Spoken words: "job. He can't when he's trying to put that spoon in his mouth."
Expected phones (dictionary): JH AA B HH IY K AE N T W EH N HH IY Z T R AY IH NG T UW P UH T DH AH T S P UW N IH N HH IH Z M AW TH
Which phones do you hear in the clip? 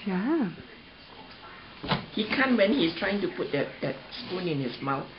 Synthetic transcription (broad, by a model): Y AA HH IY K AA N W EH N HH IY S T R AY IH NG T UW P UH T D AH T S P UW N IH N HH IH S M AW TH